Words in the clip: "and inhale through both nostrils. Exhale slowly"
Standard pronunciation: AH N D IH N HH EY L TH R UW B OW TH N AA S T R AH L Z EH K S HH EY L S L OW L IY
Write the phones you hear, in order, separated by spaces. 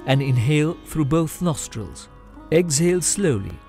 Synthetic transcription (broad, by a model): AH N IH N HH EY L TH R UW B OW TH N AA S T R AH L Z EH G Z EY L S L OW L IY